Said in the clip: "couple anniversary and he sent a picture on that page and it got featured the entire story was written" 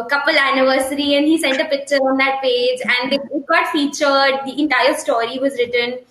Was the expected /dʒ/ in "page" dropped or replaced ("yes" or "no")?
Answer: no